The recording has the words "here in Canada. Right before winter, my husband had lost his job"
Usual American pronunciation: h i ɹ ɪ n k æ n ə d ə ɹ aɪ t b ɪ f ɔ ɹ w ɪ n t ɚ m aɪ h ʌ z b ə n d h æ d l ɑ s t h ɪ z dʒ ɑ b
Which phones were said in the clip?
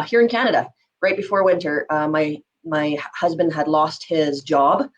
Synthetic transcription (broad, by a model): h i ɹ ɪ n k æ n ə d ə ɹ aɪ t b ɪ f ɔ ɹ w ɪ n t ɚ m aɪ h ʌ z b ə n d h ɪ d l ɑ s t h ɪ z dʒ ɑ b